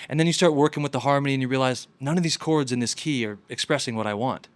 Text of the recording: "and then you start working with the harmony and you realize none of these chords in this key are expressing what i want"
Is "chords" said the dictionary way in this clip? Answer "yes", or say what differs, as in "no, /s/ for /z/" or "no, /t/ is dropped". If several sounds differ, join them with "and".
yes